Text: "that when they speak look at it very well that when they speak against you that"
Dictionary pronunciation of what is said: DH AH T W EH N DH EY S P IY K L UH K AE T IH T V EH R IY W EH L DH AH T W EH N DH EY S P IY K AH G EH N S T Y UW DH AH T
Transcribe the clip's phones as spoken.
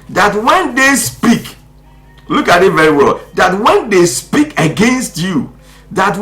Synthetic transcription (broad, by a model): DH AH T W EH N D EY S P IY K L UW K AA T IH T V EH R IY W EH L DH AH T W EH N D EY S P IY K AH G EH N S T Y UW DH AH T